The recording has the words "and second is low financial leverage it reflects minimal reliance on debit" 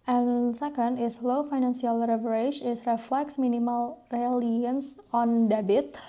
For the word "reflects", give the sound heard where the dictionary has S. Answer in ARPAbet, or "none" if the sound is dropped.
S